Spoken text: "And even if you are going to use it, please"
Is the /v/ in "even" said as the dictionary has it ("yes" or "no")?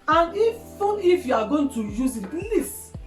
no